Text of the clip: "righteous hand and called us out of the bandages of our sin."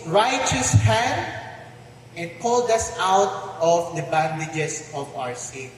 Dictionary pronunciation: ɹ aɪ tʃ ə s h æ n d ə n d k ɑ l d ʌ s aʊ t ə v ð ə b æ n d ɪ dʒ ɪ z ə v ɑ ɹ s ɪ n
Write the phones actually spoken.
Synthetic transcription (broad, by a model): ɹ aɪ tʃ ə s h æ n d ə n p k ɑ l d ʌ s aʊ t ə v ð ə b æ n d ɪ dʒ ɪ s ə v ɑ ɹ s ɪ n